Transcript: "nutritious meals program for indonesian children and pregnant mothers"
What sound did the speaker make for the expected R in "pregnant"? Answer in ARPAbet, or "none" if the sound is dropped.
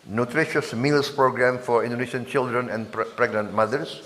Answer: R